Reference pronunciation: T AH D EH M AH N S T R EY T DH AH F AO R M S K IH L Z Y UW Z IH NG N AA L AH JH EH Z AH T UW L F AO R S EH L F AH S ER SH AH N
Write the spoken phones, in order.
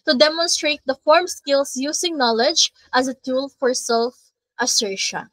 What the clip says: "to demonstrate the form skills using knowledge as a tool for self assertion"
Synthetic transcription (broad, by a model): T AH D EH M AH N S T R EY T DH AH F AO R M S K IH L S Y UW S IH NG N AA L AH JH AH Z AH T UW L F AO R S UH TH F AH S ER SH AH